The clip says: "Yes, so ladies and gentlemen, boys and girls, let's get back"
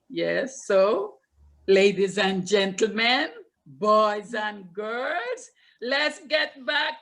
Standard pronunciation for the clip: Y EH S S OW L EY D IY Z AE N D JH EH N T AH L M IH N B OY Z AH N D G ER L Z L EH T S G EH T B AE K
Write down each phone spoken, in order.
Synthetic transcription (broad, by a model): Y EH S S OW L EY D IY Z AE N JH EH N T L M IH N B OY Z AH N G ER L Z L EH T S G EH T B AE K